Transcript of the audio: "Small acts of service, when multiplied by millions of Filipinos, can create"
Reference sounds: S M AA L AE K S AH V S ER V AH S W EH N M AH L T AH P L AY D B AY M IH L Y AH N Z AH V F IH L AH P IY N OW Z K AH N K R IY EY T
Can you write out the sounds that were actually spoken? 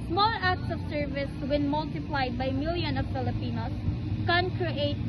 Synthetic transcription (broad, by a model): S M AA L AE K S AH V S ER V AH S W EH N M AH L T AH P L AY D B AY M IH L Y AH N AH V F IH L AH P IY N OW S K AH N K R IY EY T